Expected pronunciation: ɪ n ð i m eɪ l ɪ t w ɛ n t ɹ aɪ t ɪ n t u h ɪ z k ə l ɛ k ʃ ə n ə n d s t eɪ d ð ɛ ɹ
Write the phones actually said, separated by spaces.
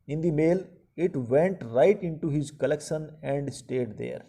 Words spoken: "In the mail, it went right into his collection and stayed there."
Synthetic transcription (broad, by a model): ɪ n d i m eɪ l ɪ t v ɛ n t ɹ aɪ t ɪ n t u h ɪ z k ə l ɛ k ʃ ə n ə n d s t eɪ d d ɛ ɹ